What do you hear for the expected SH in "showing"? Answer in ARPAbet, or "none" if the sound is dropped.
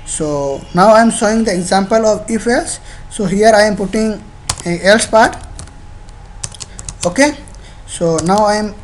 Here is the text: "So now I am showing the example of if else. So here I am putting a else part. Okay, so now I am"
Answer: S